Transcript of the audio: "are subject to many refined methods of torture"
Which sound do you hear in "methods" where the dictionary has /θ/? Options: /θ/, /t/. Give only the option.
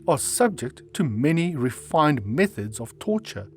/θ/